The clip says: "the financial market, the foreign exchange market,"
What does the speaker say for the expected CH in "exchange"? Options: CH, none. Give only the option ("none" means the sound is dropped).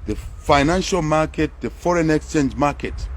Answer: CH